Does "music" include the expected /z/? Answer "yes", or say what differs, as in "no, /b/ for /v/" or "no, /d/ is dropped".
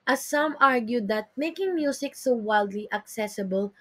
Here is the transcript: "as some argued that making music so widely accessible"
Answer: no, /s/ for /z/